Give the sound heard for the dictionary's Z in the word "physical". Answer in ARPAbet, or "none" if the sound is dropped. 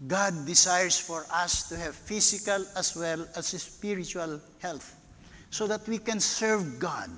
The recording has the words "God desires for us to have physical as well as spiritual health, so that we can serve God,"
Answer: S